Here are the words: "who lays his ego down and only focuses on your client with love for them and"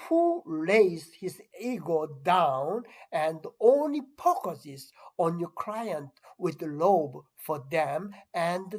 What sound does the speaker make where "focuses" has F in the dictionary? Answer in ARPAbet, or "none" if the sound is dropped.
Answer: P